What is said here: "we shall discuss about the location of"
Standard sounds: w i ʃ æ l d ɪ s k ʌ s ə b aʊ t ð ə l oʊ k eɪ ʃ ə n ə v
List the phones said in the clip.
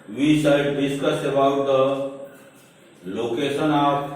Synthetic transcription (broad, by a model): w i s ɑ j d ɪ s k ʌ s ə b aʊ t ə l oʊ k eɪ s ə n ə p